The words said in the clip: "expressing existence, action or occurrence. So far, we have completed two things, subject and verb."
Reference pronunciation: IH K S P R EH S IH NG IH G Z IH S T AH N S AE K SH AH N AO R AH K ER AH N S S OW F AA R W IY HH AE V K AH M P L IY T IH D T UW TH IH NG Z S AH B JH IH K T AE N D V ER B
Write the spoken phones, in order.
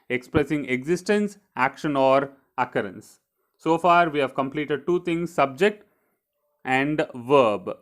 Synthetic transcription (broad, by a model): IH K S P R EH S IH NG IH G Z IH S T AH N S AE K SH AH N AO R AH K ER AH N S S OW F AA R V IY HH AE V K AH M P L IY T IH D T UW T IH NG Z S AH B JH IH K T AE N D V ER B